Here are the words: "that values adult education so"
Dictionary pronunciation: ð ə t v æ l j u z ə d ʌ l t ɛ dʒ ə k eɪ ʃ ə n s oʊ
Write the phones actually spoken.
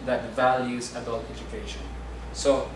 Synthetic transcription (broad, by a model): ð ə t v æ l j u z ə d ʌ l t ɛ dʒ ə k eɪ ʃ ə n s oʊ